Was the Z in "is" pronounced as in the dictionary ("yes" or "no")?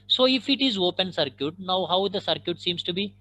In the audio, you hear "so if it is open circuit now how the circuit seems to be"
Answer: yes